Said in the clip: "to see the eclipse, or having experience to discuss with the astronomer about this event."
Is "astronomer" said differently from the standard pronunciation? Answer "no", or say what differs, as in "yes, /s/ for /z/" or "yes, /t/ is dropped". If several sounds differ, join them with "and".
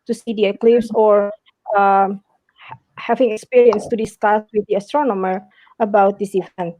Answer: no